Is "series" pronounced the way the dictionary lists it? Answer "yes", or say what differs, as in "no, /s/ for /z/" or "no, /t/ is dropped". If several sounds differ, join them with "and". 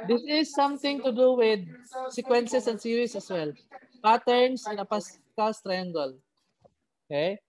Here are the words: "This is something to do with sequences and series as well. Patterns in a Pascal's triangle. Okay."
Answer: no, /s/ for /z/